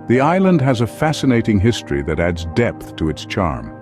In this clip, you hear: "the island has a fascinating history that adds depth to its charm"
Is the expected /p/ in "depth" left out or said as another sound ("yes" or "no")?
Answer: no